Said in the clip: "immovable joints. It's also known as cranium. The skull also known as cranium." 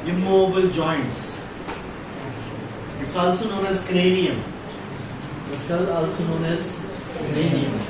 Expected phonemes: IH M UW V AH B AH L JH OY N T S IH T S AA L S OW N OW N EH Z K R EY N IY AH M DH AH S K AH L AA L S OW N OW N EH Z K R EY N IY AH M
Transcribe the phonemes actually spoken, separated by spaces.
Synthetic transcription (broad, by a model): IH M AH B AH L JH OY N T S IH T S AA L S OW N OW N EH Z K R EY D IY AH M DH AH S AH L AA L S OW N OW N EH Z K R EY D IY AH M